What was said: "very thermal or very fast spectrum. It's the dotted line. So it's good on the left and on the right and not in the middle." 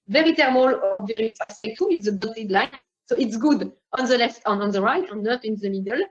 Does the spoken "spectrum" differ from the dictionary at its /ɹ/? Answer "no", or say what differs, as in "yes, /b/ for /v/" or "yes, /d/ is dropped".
yes, /ɹ/ is dropped